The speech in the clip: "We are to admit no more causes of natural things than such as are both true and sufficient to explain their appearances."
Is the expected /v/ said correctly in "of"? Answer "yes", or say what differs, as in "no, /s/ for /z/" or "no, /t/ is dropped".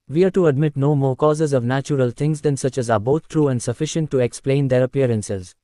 yes